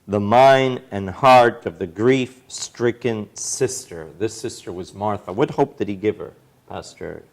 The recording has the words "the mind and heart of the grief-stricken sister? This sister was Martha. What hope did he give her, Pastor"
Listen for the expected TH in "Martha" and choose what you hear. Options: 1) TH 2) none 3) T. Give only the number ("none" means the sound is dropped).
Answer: 1